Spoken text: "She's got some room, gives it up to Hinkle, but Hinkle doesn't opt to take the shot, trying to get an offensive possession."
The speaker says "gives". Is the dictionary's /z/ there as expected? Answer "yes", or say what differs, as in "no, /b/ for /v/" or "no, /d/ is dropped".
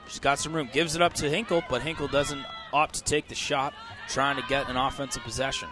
yes